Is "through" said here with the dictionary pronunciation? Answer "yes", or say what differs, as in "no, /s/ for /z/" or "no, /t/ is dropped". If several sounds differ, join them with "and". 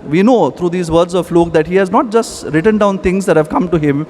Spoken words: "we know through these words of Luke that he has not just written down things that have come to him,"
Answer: no, /t/ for /θ/